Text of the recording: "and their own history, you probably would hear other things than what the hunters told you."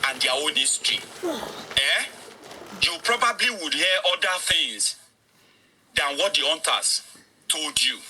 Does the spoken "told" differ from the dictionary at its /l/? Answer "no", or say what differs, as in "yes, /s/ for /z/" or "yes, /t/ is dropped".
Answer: no